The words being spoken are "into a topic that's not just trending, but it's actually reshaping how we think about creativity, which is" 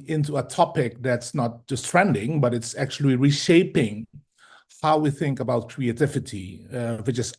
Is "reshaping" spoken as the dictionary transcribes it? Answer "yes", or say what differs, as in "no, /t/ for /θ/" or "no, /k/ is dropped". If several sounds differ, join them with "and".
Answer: yes